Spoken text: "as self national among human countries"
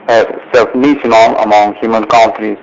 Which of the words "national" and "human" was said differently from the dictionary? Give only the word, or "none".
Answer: national